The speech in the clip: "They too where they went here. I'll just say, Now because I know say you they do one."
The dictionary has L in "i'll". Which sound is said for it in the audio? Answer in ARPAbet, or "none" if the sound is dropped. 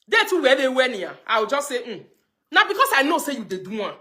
W